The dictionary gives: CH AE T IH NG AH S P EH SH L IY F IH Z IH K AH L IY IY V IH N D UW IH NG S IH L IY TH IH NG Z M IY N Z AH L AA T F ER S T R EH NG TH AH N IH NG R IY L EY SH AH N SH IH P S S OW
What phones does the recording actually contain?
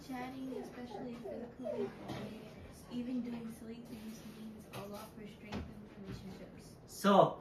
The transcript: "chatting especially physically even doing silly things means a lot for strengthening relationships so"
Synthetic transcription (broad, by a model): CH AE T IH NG AH S P EH SH L IY F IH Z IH K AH L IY IY V IH N D UW IH NG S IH L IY T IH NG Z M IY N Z AH L AA T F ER S T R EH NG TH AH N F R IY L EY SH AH N SH IH P S S OW